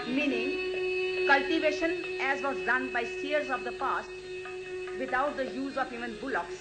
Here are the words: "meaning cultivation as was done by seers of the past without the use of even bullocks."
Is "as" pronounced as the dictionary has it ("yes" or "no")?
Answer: yes